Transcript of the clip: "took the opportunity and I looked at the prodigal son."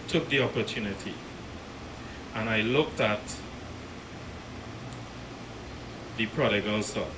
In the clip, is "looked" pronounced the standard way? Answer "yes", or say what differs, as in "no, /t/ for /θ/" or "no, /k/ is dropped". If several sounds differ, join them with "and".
yes